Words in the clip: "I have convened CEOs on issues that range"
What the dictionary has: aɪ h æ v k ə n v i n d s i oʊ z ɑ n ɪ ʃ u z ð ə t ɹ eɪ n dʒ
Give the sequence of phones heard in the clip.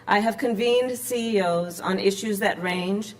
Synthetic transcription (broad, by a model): aɪ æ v k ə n v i n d s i oʊ z n ɪ ʃ u z ð ə t ɹ eɪ n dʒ